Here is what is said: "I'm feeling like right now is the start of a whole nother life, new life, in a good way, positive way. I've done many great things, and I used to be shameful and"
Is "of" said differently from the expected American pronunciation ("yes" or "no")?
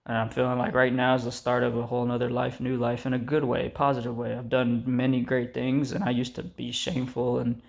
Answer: no